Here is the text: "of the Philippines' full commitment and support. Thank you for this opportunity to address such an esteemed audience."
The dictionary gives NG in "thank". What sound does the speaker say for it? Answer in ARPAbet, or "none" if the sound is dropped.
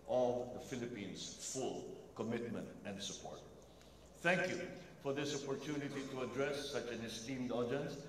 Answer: NG